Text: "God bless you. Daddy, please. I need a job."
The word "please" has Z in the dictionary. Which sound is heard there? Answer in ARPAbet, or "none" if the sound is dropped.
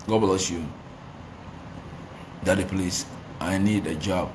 S